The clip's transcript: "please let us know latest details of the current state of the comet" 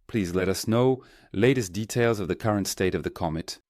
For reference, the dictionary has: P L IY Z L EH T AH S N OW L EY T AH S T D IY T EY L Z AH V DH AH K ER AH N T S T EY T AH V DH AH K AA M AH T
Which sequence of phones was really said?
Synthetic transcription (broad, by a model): P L IY Z L EH T AH S N OW L EY T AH S D IY T EY L Z AH V DH AH K ER AH N T S T EY T AH V DH AH K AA M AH T